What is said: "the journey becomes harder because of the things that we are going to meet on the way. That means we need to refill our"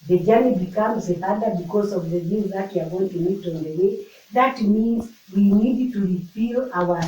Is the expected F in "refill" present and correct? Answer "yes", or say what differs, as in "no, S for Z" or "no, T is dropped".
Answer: no, P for F